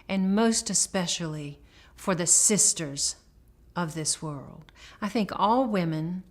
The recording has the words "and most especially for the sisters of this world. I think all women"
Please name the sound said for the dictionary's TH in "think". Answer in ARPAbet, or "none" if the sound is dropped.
TH